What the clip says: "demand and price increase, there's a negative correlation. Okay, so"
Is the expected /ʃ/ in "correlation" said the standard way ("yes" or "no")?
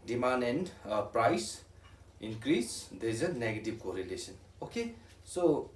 no